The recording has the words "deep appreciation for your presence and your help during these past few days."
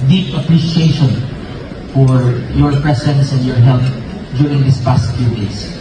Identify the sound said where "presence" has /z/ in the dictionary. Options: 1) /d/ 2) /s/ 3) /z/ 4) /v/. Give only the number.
2